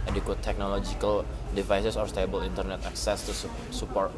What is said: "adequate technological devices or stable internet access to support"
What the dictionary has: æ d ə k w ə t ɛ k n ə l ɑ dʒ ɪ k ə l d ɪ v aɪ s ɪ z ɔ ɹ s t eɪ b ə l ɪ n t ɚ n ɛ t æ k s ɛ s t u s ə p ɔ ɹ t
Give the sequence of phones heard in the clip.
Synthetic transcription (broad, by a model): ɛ d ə k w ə t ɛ k n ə l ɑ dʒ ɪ k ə l d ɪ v aɪ s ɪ s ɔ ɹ s t eɪ b ə l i n t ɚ n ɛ t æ k s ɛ s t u s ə p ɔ ɹ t